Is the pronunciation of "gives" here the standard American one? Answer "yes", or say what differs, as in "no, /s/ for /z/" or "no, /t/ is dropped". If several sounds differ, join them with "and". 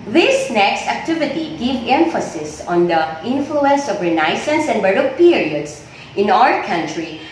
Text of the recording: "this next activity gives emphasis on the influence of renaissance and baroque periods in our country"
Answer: no, /z/ is dropped